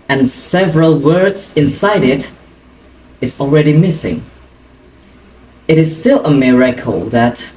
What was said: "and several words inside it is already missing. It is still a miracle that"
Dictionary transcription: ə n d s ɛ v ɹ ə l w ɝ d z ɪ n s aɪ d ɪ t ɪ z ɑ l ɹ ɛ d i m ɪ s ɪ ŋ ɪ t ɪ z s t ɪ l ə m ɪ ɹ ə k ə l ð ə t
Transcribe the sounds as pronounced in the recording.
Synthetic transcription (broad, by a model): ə n s ɛ v ɹ ə l w ɝ d z ɪ n s aɪ d ɪ t ɪ z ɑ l ɹ ɛ d i m ɪ s ɪ ŋ ɪ t ɪ z s t ɪ l ə m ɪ ɹ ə k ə l ð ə t